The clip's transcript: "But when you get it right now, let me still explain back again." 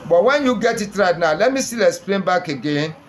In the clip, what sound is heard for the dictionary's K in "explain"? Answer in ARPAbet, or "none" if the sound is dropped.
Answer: none